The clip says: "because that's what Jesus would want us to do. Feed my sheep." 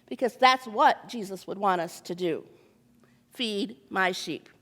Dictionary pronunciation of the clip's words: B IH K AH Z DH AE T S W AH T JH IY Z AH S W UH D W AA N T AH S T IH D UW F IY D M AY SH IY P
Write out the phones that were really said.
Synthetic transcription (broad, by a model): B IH K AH Z DH AE T S W AH T JH IY Z AH S W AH D W AA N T AH S T IH D UW F IY D M AY SH IY P